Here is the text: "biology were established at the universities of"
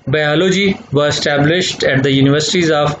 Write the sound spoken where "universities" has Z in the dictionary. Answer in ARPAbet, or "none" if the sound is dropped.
Z